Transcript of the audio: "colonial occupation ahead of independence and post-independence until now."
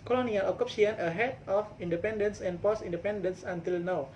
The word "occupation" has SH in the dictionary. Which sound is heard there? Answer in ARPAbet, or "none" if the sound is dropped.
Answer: none